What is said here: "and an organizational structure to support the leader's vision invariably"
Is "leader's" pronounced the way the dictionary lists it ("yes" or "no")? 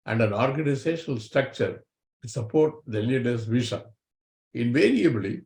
no